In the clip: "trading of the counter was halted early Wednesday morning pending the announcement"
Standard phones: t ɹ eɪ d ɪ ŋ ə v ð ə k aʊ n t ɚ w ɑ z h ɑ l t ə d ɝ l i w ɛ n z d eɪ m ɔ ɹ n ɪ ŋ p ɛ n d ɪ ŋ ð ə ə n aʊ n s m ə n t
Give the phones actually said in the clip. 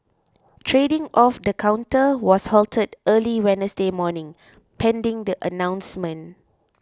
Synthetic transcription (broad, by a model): t ɹ eɪ d ɪ ŋ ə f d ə k aʊ n t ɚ w ɑ s h ɑ l t ə d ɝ l i w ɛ n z d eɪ m ɔ n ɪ ŋ p ɛ n d ɪ ŋ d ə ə n aʊ n s m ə n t